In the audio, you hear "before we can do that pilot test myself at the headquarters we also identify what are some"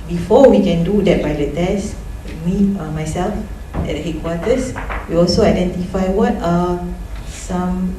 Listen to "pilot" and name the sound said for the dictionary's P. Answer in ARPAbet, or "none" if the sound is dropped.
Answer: B